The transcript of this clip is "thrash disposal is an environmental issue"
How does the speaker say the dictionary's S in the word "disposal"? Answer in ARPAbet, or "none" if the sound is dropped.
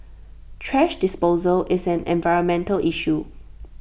S